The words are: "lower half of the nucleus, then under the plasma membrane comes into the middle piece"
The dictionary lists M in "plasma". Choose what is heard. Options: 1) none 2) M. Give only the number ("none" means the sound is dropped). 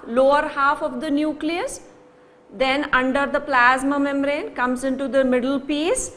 2